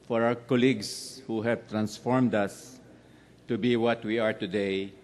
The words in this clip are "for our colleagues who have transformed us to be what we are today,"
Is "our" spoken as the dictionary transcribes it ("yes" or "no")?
no